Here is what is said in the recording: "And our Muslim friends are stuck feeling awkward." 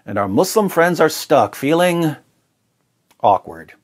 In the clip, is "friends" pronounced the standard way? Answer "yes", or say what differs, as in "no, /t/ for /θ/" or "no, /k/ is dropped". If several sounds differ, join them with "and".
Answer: yes